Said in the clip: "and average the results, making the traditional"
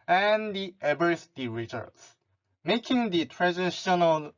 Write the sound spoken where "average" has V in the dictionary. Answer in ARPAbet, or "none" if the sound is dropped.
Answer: B